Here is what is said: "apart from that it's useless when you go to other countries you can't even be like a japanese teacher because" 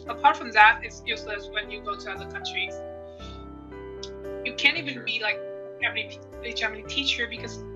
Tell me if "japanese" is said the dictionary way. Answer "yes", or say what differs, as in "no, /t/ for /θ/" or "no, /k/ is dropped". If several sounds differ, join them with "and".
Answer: no, /z/ is dropped